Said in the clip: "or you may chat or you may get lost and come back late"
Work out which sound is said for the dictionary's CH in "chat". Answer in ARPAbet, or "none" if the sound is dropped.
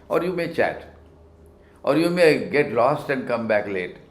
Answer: CH